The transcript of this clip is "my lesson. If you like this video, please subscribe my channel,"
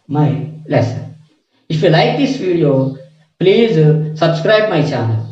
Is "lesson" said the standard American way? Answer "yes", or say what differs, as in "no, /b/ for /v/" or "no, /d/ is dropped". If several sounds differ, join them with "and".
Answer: no, /n/ is dropped